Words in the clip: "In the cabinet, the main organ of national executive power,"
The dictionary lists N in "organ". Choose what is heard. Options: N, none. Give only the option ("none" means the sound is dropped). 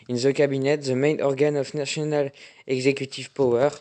N